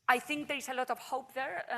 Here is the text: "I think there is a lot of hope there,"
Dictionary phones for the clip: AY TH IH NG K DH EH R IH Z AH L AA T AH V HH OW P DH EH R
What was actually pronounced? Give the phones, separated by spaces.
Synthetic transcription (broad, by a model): AY TH IH NG K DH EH R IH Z AH L AA T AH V HH OW P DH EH R